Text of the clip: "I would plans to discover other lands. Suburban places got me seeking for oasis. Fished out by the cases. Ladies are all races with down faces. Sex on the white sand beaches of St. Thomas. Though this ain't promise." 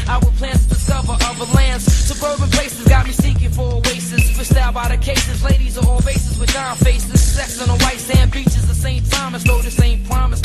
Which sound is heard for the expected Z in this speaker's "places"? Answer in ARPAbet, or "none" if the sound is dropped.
Z